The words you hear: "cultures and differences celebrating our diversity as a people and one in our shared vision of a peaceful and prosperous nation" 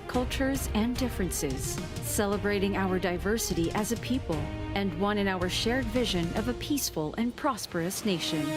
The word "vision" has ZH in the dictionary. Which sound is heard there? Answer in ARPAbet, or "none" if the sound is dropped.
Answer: ZH